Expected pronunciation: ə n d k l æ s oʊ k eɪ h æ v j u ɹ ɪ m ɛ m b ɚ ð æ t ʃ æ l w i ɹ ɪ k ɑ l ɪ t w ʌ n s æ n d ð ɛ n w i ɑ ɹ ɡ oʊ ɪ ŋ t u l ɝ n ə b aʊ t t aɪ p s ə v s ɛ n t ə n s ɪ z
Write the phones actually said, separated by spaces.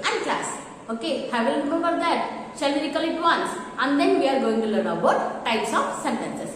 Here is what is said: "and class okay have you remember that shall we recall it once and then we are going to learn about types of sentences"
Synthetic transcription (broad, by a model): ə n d k l æ s oʊ k eɪ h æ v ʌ l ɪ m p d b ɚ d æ t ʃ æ l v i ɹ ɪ k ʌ l ɪ t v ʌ n s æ n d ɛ n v i ɑ ɹ ɡ oʊ ɪ ŋ t u l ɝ ə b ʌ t t aɪ p s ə f s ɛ n t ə n s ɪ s